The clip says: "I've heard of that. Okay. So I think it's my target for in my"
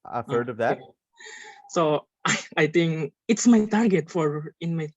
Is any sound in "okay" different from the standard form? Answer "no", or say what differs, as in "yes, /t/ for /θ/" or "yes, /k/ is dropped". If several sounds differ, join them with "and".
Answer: yes, /k/ is dropped